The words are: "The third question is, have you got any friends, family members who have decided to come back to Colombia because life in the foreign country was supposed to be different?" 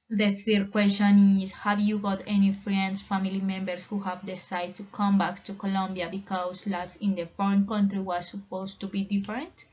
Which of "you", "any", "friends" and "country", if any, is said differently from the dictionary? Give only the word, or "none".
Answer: friends